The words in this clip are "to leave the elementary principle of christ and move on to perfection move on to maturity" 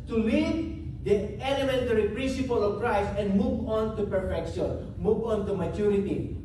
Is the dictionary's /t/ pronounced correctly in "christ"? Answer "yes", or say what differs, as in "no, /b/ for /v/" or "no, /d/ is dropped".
no, /t/ is dropped